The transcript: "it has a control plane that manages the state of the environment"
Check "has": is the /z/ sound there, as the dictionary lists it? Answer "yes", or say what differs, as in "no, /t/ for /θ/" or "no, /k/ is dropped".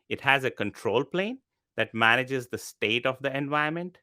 yes